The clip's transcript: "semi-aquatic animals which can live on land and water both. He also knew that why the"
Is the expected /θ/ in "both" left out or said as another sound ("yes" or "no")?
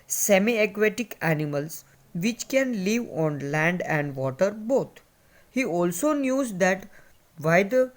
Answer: yes